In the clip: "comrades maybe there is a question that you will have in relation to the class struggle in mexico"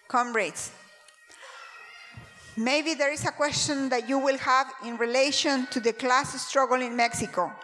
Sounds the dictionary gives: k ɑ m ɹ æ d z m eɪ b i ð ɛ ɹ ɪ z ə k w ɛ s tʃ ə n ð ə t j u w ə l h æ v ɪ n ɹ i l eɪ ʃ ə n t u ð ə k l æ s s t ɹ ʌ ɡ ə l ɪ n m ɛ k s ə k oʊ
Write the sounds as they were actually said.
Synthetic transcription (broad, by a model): k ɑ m ɹ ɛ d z m eɪ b i ð ɛ ɹ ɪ s ə k w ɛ s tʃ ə n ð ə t j u w ə l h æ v ɪ n ɹ i l eɪ ʃ ə n t u ð ə k l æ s s t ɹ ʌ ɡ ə l ɪ n m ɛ k s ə k oʊ